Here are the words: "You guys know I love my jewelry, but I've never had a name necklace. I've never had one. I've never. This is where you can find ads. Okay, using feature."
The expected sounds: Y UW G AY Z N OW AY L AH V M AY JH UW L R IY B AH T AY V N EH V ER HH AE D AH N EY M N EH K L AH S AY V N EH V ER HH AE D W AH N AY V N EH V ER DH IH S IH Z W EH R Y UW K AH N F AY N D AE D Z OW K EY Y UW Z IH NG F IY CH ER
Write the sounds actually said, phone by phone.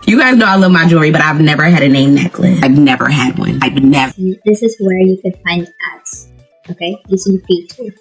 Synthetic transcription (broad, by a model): Y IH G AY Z N OW AY L AH V M AY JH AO R IY B AH T AY V N EH V ER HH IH D AH N EY M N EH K L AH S AY V N EH V ER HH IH D W AH N AY V N EH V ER DH IH S IH Z W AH R Y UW K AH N F AY N D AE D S OW K EY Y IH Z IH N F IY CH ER